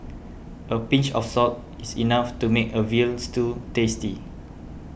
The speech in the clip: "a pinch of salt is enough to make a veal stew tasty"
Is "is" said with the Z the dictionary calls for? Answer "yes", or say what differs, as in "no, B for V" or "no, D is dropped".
no, S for Z